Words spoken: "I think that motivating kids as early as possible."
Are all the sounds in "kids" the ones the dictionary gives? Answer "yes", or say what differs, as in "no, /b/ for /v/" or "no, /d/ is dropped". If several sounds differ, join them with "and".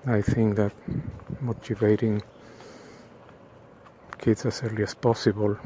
no, /s/ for /z/